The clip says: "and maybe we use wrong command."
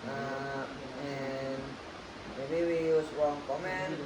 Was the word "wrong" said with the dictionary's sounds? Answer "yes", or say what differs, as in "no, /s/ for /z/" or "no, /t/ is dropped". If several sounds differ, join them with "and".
no, /w/ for /ɹ/